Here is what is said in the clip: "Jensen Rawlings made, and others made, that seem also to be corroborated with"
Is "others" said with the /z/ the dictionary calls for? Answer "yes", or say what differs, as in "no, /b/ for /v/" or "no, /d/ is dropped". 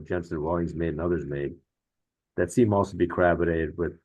yes